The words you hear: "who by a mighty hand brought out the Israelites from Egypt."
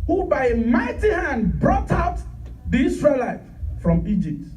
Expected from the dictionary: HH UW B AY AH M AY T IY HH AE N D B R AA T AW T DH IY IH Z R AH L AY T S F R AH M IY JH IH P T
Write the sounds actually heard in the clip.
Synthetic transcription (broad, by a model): HH UW B AY AH M AY T IY HH AE N D B R AA T AW T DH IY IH S R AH L AY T F R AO M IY JH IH P T